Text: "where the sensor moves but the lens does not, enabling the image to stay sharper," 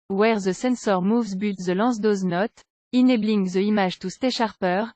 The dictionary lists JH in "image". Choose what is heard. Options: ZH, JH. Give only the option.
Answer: ZH